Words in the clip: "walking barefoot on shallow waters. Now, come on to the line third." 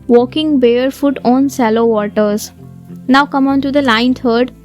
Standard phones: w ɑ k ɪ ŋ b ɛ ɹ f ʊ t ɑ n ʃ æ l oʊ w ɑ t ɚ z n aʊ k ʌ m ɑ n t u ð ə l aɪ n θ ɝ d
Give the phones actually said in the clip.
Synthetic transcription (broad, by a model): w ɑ k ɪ ŋ b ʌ ɹ f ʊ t ɑ n s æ l oʊ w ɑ t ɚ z n aʊ k ʌ m ɑ n t u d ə l aɪ n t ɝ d